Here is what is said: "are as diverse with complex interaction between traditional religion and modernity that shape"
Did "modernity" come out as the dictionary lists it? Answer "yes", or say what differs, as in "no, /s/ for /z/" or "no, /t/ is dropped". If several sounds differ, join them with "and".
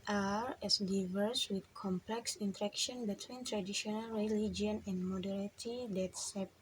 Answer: no, /n/ is dropped